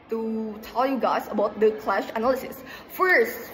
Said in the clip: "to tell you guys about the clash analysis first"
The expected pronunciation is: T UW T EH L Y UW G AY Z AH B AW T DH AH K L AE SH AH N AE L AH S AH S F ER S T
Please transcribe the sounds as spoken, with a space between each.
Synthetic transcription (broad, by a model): T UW T EH L Y UW G AY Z AH B AW T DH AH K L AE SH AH N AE L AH S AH S F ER S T